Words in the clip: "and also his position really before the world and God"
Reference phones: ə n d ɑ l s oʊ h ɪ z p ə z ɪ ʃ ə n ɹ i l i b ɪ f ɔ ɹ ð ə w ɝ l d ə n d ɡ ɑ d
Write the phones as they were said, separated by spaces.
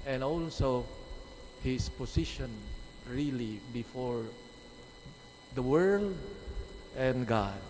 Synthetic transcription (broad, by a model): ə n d ɑ l s oʊ h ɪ s p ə s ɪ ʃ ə n ɹ i l i b ɪ f ɔ ɹ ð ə w ɝ l d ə n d ɡ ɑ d